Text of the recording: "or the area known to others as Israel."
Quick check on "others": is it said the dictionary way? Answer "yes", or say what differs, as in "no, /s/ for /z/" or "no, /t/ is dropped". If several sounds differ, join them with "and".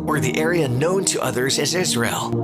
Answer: yes